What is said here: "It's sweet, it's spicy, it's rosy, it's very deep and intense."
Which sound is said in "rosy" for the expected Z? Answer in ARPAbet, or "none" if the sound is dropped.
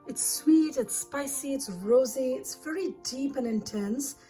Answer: Z